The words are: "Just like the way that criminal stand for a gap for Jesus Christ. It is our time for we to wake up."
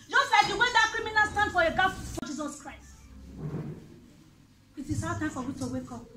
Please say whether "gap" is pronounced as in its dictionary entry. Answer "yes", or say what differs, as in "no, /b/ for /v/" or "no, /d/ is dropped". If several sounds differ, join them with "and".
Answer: no, /f/ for /p/